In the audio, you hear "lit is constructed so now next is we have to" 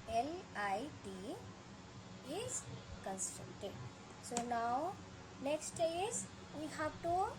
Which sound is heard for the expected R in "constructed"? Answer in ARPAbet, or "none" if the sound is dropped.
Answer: none